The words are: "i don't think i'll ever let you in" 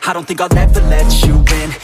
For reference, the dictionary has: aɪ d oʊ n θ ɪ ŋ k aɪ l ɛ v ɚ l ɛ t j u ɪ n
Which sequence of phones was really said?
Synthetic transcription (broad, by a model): aɪ d oʊ n θ ɪ ŋ k aɪ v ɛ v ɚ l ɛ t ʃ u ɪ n